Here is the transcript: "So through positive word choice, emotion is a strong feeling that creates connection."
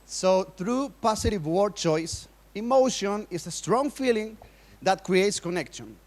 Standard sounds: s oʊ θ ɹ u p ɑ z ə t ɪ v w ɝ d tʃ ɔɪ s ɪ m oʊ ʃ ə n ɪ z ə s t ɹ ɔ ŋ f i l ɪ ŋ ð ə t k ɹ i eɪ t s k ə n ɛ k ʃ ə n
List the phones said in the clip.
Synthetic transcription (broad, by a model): s oʊ θ ɹ u p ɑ s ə t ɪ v w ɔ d tʃ ɔɪ s ɪ m oʊ ʃ ə n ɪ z ə s t ɹ ɔ ŋ f i l ɪ ŋ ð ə t k ɹ i eɪ t s k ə n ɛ k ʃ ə n